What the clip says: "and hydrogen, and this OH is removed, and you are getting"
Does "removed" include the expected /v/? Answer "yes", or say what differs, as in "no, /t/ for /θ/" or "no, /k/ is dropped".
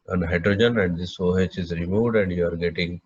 no, /v/ is dropped